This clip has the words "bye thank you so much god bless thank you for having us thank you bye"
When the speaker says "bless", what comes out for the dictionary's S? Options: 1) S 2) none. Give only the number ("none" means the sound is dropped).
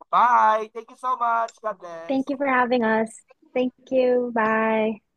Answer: 2